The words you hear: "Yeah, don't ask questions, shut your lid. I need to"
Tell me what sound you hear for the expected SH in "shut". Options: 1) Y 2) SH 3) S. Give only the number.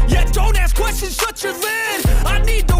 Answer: 3